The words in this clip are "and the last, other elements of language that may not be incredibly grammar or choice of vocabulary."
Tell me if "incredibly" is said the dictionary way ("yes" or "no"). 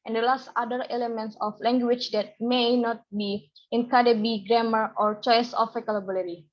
no